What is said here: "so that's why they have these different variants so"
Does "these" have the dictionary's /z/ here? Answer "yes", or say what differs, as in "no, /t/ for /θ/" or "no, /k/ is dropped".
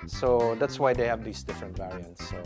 no, /s/ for /z/